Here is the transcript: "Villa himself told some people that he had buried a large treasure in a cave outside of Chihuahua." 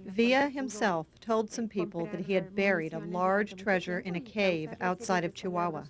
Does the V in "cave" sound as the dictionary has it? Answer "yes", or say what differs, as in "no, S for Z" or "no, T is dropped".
yes